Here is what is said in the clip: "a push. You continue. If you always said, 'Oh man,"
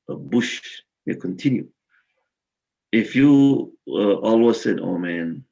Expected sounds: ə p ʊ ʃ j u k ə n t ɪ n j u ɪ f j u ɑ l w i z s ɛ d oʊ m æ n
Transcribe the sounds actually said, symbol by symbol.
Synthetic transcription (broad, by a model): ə b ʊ ʃ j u k ə n t ɪ n j u ɪ f j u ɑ l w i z s ɛ d oʊ m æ n